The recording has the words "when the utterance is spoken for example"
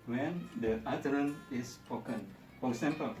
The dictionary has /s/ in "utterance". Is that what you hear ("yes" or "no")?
no